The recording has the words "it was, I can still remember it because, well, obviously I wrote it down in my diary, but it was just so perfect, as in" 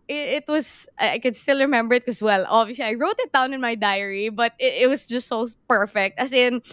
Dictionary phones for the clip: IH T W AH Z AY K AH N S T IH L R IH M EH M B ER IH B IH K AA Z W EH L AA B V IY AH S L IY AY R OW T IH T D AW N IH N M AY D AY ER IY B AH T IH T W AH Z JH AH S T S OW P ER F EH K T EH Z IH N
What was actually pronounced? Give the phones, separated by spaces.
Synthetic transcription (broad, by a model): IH T W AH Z AY K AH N S T IH L R IH M EH M B ER IH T K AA S W EH L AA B IY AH S L IY AY R OW T IH T D AW N IH N M AY D AY ER IY B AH T IH T W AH S JH AH S T S OW P ER F EH K T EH S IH N